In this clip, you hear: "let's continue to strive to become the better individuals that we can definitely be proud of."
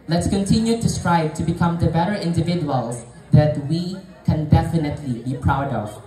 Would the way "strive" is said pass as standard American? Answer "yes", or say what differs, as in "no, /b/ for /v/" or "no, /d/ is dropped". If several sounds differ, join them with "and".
no, /b/ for /v/